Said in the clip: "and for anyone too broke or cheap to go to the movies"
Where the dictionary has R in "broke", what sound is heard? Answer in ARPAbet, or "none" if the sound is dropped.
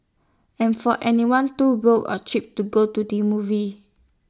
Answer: none